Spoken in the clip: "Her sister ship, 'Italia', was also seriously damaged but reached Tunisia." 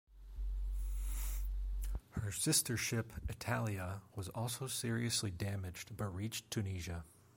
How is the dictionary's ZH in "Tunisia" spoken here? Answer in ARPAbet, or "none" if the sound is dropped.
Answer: ZH